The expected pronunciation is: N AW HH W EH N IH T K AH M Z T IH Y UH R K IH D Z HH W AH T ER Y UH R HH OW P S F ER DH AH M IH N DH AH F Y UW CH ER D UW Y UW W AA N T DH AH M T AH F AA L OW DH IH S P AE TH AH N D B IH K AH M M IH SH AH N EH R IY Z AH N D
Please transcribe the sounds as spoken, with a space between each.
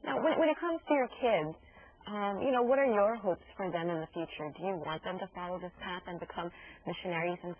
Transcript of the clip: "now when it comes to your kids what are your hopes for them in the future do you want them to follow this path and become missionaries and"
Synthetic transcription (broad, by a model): N AW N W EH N IH T K AH M Z T IH Y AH R K IH D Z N W AH T ER Y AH R HH OW P S F ER DH AH M IH N DH AH F Y UW CH ER D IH Y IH W AA N DH AH M T AH F AA L OW DH IH S P AE TH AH N B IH K AH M M IH SH AH N EH R IY Z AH N